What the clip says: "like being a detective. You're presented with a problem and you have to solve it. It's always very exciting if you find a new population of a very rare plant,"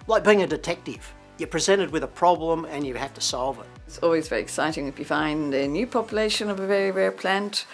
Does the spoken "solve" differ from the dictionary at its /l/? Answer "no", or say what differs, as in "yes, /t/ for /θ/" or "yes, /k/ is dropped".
no